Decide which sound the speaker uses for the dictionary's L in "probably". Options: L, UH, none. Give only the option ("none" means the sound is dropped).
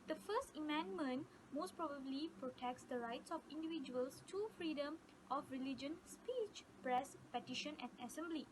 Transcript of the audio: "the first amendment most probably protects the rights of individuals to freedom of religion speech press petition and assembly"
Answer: L